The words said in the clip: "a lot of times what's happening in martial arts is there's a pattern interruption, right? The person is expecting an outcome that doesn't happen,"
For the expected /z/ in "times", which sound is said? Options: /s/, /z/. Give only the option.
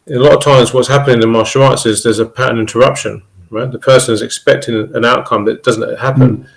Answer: /z/